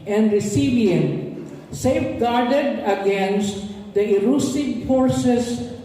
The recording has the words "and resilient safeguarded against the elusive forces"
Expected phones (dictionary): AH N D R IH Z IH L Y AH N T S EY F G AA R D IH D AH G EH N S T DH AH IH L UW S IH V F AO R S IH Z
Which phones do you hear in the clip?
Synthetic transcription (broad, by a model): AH N D R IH S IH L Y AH N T S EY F G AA R D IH D AH G EH N S T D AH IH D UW S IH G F AO R S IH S